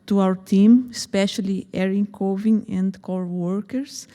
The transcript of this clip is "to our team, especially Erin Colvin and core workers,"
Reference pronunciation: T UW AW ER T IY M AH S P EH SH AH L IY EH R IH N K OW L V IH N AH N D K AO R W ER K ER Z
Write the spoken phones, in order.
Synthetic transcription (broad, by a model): T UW AW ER T IY M AH S P EH SH AH L IY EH R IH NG K OW V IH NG AH N D K AO R W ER K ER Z